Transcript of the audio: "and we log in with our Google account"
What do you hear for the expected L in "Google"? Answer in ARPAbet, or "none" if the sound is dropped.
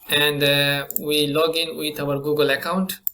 L